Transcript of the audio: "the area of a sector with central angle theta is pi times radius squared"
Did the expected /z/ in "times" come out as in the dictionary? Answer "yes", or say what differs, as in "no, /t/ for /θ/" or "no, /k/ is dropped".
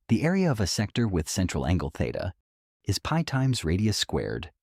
yes